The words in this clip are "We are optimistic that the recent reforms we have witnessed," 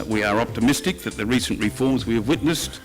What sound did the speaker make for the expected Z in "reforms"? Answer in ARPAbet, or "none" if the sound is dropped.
Z